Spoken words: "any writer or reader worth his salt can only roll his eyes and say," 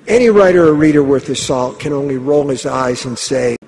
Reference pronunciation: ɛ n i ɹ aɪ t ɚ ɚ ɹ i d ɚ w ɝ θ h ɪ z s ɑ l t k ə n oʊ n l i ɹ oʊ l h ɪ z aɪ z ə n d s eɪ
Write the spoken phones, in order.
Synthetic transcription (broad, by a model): ɛ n i ɹ aɪ t ɚ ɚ ɹ i d ɚ w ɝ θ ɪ s ɑ l t k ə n oʊ n l i ɹ oʊ l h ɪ z aɪ z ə n s eɪ